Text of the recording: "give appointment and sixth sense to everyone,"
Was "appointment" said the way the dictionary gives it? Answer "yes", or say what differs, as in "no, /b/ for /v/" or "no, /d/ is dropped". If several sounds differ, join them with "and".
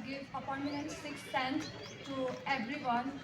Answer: no, /m/ is dropped